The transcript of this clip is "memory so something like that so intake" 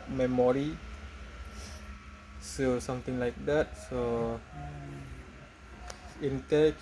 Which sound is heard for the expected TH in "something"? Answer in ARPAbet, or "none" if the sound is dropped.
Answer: T